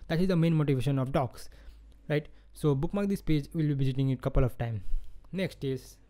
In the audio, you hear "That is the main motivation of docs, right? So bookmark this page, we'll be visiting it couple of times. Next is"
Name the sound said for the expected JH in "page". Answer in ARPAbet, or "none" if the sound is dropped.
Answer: JH